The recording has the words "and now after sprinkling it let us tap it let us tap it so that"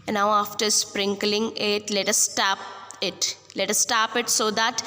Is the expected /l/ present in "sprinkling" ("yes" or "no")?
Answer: yes